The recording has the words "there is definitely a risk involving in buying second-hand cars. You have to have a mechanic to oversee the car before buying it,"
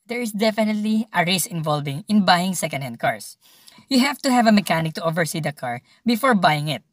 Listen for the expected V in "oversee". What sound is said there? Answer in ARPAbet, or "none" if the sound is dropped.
V